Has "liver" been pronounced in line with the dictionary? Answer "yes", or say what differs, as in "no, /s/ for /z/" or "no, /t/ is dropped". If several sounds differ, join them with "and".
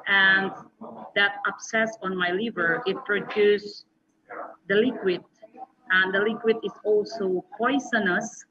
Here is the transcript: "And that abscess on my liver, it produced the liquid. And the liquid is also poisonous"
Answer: yes